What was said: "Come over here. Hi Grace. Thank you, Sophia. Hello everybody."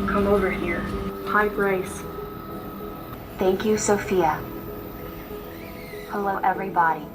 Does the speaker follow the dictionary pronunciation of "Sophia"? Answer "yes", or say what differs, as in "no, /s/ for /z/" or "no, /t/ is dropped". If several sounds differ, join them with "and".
yes